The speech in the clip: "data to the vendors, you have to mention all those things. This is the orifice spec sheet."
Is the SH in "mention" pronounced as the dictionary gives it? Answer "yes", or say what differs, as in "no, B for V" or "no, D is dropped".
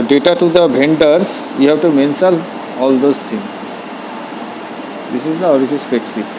no, S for SH